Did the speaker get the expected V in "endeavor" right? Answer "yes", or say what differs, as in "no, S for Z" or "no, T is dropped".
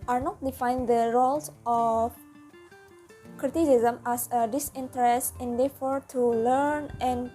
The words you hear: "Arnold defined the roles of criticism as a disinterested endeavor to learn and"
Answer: no, F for V